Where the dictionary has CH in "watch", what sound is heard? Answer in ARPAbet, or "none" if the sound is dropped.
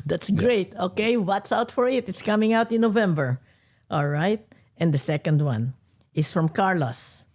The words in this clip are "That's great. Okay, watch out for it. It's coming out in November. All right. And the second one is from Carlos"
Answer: S